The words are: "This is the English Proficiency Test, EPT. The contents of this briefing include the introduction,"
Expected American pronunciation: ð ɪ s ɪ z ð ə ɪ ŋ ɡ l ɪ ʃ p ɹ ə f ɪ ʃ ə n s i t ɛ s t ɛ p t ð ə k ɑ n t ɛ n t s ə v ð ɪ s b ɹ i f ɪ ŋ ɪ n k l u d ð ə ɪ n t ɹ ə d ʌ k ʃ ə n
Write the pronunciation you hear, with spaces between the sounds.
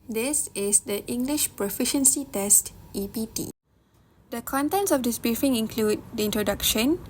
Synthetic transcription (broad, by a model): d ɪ s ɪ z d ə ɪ ŋ ɡ l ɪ ʃ p ɹ ə f ɪ ʃ ə n s i t ɛ s t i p t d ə k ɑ n t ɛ n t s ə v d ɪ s b ɹ i f ɪ ŋ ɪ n k l u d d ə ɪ n t ɹ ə d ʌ k ʃ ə n